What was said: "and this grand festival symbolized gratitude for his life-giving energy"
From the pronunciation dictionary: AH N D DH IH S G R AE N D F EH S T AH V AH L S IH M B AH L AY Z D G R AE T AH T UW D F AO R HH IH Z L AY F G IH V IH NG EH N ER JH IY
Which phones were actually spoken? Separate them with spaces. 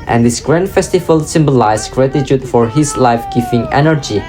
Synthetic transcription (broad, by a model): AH N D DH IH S G R AE N D F EH S T AH V AH L S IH M B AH L AY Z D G R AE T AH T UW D F AO R HH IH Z L AY F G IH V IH NG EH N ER JH IY